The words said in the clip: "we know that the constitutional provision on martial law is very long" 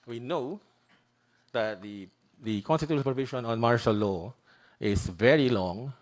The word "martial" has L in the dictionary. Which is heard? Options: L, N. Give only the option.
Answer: L